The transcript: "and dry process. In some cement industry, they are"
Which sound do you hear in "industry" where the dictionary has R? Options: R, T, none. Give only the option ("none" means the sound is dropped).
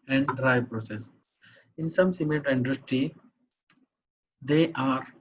none